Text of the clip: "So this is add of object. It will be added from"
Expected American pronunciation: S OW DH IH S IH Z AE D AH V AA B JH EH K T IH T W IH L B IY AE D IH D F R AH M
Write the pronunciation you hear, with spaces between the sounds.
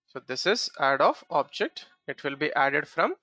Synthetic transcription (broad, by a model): S OW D IH S IH Z AE D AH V AA B JH EH K T IH T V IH L B IY AE D IH D F R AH M